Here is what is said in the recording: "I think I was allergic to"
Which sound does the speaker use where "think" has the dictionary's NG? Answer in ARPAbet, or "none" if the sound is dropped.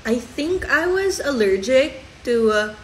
NG